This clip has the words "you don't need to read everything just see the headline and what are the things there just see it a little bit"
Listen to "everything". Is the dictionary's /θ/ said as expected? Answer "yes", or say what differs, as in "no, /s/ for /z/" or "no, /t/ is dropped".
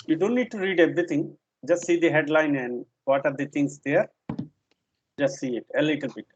no, /t/ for /θ/